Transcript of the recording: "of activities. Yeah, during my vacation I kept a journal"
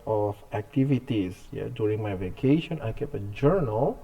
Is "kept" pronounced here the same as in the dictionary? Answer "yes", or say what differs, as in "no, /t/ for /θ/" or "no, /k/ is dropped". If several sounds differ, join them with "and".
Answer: no, /t/ is dropped